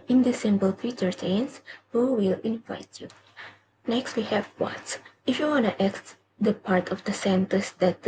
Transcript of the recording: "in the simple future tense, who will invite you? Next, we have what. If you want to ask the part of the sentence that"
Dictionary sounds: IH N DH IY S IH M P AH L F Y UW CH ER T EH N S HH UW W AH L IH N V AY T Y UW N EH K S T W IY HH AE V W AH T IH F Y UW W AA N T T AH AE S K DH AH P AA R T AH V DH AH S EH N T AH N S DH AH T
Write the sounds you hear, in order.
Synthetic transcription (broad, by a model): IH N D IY S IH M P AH L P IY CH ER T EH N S HH UW W AH L IH N V AY T Y UW N EH K S T W IY HH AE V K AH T IH F Y UW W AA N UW T AH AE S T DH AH P AA R T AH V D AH S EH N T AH S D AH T